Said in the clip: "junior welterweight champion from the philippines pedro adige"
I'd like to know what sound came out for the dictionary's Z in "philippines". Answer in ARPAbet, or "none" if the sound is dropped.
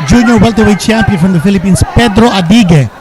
S